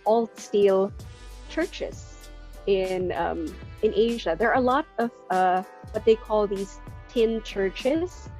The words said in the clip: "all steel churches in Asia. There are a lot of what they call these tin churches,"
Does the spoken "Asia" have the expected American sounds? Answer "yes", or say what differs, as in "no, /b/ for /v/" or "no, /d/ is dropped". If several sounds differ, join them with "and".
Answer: yes